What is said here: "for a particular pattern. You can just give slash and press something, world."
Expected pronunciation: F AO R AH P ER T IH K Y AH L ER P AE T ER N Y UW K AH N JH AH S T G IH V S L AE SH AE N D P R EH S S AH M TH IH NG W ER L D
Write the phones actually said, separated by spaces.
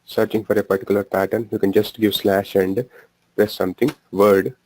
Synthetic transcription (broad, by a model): F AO R AH P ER T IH K Y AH L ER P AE T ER N Y UW K AH N JH AH S T G IH V S L AE SH AE N D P R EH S S AH M T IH NG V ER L D